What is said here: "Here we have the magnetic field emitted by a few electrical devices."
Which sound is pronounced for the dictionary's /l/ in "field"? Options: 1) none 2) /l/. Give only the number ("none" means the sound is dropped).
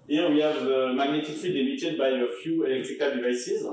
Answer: 1